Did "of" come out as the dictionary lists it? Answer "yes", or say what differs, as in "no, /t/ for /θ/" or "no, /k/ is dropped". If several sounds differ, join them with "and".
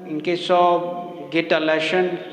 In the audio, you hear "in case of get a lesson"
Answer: no, /b/ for /v/